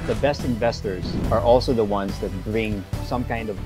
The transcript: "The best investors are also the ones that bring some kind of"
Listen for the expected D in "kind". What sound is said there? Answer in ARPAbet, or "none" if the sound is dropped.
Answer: D